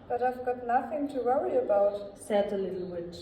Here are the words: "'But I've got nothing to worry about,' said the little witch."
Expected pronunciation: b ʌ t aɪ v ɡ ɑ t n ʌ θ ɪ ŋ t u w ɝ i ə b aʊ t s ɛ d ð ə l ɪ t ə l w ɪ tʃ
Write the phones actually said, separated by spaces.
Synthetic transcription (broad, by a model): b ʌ t aɪ v ɡ ɑ t n ʌ θ ɪ ŋ t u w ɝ i ə b aʊ t s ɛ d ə l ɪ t l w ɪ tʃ